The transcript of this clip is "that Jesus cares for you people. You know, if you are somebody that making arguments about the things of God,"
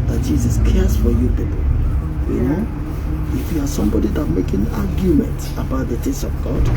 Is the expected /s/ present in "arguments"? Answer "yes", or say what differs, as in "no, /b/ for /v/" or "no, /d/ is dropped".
no, /s/ is dropped